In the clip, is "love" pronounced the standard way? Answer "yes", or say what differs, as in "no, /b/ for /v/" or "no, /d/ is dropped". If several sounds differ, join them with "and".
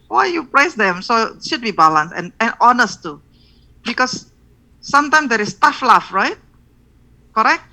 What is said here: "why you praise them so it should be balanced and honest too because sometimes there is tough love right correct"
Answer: no, /f/ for /v/